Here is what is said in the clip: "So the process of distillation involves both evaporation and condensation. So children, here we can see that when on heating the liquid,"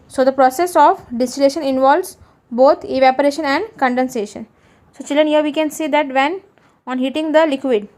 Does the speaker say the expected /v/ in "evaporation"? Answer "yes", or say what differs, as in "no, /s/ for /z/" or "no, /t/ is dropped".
yes